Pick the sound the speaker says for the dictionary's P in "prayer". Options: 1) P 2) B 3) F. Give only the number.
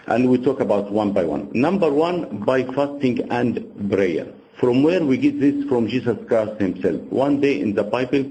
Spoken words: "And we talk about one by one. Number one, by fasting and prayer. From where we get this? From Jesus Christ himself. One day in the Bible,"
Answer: 2